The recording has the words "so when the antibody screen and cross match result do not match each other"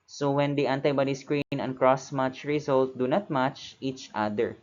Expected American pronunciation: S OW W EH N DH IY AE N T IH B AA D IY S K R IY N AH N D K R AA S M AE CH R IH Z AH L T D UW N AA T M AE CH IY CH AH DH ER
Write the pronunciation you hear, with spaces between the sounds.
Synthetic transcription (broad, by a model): S OW W EH N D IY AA N T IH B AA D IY S K R IY N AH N K R AA S M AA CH R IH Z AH L T D UW N AA T M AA CH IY CH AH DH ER